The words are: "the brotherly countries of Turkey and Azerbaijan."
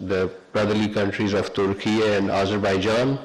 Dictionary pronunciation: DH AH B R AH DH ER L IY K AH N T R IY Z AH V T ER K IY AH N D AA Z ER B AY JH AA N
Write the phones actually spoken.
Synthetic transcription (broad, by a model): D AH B R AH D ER L IY K AH N T R IY Z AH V T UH K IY AH N D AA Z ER B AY JH AA N